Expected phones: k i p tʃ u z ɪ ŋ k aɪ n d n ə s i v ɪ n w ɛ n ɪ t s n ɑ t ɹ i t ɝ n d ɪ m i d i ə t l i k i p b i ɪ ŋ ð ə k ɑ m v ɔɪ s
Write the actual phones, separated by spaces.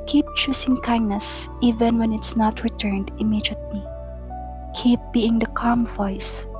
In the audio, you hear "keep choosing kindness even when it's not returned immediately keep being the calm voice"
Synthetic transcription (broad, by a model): k i p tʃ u s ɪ ŋ k aɪ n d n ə s i v ɪ n w ɛ n ɪ t s n ɑ t ɹ i t ɝ n d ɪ m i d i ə t l i k i p b i ɪ ŋ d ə k ɑ m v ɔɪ s